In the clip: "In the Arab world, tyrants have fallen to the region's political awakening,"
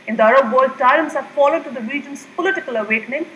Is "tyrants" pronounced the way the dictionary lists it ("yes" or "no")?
no